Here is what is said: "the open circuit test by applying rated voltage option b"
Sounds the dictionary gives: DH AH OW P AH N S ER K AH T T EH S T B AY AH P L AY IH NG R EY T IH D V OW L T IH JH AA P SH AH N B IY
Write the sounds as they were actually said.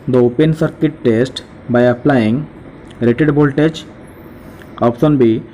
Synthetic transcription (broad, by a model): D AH OW P AH N S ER K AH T T EH S T B AY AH P L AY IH NG R EY T IH D B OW L T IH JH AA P S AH N B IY